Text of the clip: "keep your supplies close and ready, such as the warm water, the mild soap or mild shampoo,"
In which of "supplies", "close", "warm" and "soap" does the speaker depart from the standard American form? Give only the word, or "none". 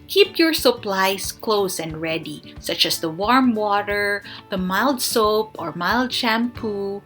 supplies